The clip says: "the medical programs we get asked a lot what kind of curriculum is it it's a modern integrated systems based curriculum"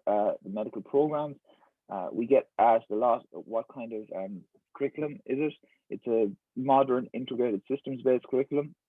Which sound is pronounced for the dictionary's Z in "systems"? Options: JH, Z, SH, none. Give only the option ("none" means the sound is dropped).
Z